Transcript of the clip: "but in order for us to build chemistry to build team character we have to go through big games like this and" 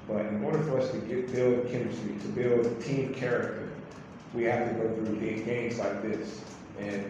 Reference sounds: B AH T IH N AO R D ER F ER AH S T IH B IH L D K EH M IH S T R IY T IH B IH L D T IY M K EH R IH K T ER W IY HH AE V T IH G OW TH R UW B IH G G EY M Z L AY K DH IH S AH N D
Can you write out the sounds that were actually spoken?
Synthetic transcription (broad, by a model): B AH T IH N AO R D ER F ER AH S T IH B IH L D K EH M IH S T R IY T IH B IH L D T IY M K EH R IH K T ER W IY HH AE F T IH G OW TH R UW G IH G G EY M Z L AY K DH IH S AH N